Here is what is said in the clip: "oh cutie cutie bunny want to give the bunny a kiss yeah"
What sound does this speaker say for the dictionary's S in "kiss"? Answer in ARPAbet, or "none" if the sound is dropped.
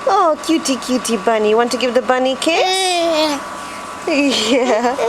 none